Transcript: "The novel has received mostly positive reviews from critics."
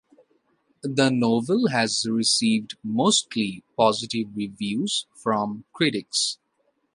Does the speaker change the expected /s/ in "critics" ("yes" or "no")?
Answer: no